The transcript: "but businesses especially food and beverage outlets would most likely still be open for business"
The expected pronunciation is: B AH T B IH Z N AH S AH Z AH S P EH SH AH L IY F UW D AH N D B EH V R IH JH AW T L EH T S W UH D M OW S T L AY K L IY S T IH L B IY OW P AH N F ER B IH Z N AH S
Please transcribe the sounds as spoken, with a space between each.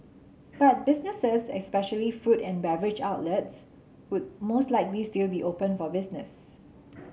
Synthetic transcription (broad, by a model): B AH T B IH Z N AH S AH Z AH S P EH SH AH L IY F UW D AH N B EH V R IH JH AW T L EH T S W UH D M OW S T L AY K L IY S T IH L B IY OW P AH N F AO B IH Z N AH S